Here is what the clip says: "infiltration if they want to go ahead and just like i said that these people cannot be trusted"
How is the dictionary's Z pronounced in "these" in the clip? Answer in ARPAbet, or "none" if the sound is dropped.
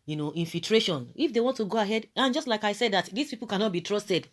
S